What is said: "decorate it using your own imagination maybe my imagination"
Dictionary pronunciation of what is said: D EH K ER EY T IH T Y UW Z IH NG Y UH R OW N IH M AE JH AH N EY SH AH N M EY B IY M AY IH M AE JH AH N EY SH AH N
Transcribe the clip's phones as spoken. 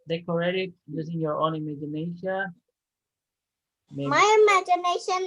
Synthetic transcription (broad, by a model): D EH K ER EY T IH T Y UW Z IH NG Y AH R OW N IH M AE JH AH N EY SH AH N M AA IY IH M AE JH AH N EY SH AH N